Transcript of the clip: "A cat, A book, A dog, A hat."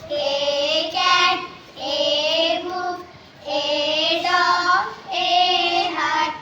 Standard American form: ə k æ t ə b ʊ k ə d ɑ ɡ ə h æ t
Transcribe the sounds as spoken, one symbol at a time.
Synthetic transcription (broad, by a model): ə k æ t ə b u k ə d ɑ ə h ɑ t